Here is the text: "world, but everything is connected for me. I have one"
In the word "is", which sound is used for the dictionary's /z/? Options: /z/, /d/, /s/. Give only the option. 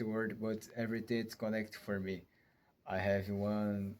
/s/